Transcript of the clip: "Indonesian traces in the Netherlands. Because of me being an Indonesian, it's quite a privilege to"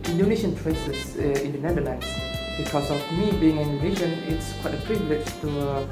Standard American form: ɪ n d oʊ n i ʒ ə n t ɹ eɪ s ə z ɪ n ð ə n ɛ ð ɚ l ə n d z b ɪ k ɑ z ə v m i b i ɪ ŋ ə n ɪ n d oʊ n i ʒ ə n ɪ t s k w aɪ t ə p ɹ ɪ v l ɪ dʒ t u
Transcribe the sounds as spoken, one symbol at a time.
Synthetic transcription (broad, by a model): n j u n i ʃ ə n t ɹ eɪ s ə s ɪ n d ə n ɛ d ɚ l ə n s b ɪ k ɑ s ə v m i b i ɪ ŋ ə n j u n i ʃ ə n ɪ t s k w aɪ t ə p ɹ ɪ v l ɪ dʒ t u